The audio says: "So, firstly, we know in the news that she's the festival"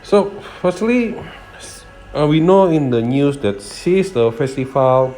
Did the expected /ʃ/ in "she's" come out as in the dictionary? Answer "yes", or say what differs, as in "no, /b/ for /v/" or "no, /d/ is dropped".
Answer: no, /s/ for /ʃ/